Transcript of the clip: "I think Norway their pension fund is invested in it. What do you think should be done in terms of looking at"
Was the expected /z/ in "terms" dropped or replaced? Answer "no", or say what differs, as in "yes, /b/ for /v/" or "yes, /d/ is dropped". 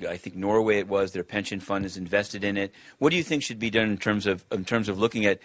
no